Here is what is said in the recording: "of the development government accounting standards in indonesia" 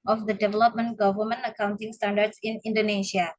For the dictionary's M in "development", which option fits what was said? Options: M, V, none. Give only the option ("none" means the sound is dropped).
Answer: M